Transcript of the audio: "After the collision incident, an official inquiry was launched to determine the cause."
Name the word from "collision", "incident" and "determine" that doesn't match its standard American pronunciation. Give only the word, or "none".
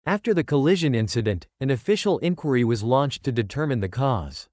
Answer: none